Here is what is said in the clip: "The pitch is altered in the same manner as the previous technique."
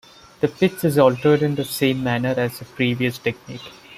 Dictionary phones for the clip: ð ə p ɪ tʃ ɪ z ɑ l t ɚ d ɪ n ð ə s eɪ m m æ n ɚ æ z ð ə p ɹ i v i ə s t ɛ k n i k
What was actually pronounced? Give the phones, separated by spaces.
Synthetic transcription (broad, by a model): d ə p ɪ s ɪ z ɑ l t ɚ d ɪ n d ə s eɪ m m æ n ɚ æ z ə p ɹ i v i ə s t ɛ k n i k